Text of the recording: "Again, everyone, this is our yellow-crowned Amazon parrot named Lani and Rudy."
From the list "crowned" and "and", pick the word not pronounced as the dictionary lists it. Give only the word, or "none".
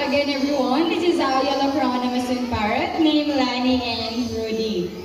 crowned